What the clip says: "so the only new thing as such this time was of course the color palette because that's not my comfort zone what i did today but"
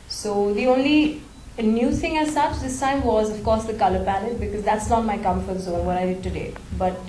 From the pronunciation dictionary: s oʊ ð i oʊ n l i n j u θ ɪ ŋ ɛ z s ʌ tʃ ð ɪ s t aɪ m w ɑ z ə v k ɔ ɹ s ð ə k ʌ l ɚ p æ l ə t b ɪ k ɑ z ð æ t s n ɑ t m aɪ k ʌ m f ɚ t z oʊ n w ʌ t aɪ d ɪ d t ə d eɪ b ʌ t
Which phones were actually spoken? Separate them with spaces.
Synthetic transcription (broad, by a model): s oʊ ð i oʊ n l i n j u t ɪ ŋ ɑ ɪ s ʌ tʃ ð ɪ s t aɪ m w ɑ z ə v k ɔ ɹ s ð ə k ʌ l ɚ p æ n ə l b ɪ k ɑ z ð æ t s l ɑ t m aɪ k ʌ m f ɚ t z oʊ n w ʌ t aɪ d ɪ d t ə d eɪ b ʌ t